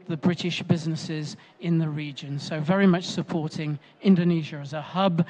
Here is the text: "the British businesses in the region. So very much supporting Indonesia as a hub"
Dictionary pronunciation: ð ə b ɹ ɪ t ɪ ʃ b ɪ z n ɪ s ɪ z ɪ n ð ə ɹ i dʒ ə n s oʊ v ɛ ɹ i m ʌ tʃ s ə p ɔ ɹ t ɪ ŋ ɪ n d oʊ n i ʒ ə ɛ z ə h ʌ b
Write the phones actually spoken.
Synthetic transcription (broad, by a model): ð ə b ɹ ɪ t ɪ ʃ b ɪ z n ɪ s ɪ z ɪ n ð ə ɹ i dʒ ə n s oʊ v ɛ ɹ i m ʌ tʃ s ə p ɔ ɹ t ɪ ŋ ɪ n d oʊ n i ʒ ə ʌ z ə h ʌ b